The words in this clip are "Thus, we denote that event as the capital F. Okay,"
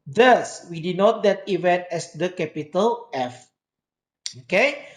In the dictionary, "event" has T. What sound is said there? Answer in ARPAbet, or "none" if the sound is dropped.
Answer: T